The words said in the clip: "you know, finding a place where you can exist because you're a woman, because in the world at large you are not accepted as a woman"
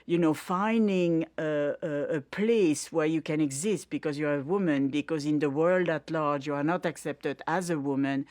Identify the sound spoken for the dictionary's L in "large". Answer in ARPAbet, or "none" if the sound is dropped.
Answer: L